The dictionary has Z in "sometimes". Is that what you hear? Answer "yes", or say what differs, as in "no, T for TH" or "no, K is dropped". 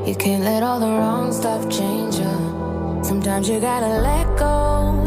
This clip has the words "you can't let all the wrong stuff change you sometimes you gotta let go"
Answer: yes